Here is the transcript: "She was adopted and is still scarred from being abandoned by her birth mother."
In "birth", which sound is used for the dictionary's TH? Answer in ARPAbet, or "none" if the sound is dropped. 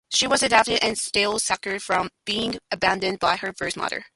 S